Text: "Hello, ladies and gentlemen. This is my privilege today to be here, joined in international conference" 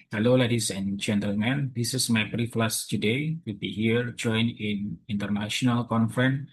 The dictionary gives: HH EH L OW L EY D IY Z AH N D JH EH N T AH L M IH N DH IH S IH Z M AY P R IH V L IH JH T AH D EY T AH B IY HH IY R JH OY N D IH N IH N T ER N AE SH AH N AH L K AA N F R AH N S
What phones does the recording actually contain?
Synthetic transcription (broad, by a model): HH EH L OW L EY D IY S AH N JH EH N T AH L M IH N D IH S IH S M AY B R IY F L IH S T AH D EY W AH B IY HH IY R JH OY N IH N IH N T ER N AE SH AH N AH L K AA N F R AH N